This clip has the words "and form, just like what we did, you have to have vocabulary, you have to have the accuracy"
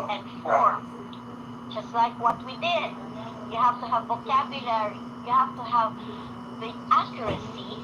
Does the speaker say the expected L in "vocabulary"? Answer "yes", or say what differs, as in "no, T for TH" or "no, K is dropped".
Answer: yes